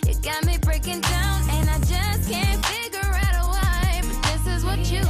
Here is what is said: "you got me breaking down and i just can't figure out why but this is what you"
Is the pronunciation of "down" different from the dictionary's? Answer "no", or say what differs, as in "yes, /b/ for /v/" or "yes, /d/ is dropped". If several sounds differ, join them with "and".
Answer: no